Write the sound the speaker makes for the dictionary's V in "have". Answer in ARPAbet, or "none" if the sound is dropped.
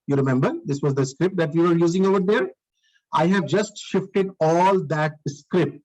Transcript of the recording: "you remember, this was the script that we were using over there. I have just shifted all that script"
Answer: V